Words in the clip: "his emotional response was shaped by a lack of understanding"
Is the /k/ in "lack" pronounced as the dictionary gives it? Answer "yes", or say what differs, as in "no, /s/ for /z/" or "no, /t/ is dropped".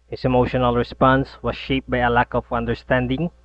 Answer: yes